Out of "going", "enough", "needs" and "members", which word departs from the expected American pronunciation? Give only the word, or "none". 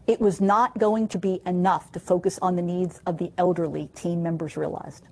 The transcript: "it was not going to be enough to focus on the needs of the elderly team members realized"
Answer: none